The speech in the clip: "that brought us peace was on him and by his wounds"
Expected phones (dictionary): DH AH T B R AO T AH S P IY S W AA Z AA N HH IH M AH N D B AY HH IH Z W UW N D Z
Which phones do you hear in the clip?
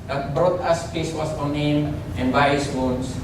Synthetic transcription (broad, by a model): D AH T B R AO T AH S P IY S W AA S AA N HH IH M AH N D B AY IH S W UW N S